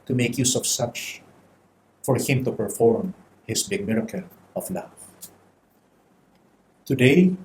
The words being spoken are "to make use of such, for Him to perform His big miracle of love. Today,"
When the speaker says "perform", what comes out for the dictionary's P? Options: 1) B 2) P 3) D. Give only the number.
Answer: 2